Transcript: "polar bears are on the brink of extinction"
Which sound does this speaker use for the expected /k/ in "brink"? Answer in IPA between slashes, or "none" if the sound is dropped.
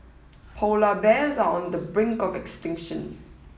/k/